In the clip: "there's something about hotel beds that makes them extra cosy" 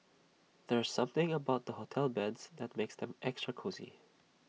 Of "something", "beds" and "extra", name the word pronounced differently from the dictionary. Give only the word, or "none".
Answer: none